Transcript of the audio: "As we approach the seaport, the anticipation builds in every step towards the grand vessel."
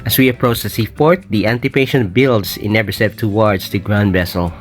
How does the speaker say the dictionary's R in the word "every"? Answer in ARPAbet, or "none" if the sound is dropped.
none